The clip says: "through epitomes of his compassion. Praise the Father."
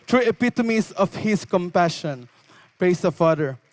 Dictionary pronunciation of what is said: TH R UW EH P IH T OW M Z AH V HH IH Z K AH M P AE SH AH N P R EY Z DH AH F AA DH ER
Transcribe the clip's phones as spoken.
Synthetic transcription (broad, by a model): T R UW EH P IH T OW M S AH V HH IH S K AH M P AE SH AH N P R EY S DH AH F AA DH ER